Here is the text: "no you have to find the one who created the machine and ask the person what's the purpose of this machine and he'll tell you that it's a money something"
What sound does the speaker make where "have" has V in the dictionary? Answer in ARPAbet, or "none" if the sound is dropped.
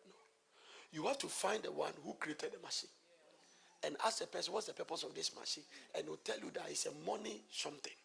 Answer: F